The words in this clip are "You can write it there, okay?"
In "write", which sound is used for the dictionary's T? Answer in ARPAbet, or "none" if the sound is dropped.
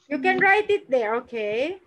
T